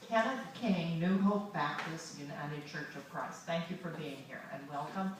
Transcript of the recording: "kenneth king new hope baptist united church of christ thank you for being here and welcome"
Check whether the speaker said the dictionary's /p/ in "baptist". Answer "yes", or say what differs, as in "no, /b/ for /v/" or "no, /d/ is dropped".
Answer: yes